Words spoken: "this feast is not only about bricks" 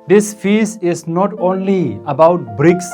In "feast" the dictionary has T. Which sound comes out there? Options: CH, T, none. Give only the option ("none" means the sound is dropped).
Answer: none